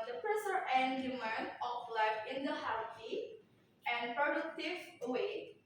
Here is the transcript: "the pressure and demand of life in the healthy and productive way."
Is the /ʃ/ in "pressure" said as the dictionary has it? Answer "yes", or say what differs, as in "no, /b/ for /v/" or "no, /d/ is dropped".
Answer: no, /s/ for /ʃ/